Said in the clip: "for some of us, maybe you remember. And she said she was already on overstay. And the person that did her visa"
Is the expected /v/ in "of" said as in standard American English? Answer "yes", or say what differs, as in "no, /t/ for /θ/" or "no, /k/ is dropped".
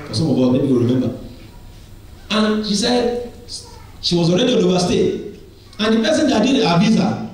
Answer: no, /b/ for /v/